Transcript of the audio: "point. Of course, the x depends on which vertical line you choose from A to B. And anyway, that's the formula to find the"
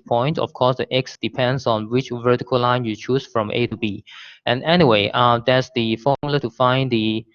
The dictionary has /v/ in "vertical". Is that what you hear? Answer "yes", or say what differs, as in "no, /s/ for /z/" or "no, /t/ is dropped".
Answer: yes